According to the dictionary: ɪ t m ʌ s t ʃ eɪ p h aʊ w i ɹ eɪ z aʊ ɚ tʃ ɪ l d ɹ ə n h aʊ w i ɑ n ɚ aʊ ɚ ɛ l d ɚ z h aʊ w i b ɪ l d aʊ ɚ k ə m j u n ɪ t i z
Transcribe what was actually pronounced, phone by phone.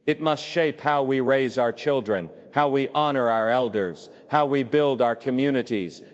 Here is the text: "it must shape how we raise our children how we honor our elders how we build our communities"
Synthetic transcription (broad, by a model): ɪ t m ʌ s t ʃ eɪ p h aʊ w i ɹ eɪ z aʊ ɚ tʃ ɪ l d ɹ ə n h aʊ w i ɑ n ɚ aʊ ɚ ɛ l d ɚ z h aʊ w i b ɪ l d aʊ ɚ k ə m j u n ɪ t i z